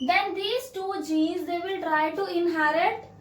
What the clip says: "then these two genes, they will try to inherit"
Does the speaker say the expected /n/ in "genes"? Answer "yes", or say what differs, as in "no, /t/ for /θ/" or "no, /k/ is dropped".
no, /n/ is dropped